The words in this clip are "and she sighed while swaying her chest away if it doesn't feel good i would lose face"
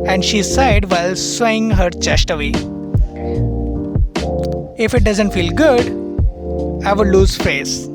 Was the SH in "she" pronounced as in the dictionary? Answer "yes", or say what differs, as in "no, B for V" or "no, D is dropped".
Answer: yes